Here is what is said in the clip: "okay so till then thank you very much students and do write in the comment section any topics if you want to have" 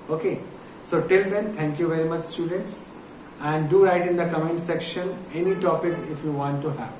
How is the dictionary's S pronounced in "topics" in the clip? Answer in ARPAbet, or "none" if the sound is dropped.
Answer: none